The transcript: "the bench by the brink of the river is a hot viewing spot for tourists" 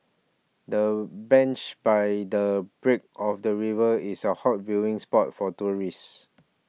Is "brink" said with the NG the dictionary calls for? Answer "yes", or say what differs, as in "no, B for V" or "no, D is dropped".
no, NG is dropped